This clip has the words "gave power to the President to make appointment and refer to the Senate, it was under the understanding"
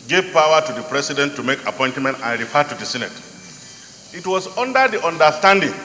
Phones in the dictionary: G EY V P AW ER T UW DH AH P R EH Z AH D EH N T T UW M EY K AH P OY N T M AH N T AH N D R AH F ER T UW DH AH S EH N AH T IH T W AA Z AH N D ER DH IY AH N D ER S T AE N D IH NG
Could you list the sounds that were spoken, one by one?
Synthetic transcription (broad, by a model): G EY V P AW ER T UW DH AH P R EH S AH D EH N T T UW M EY K AH P OY N T M AH N T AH N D R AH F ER T UW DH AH S EH N AH T IH T W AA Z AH N D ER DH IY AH N D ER S T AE N D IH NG